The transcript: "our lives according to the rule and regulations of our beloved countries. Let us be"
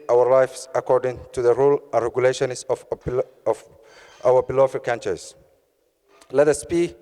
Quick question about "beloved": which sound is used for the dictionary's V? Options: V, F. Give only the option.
F